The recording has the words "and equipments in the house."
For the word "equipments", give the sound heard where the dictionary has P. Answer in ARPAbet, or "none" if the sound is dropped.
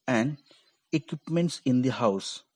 P